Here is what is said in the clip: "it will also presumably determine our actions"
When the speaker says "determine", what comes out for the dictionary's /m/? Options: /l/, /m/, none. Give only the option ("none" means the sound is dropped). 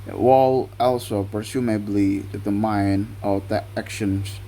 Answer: none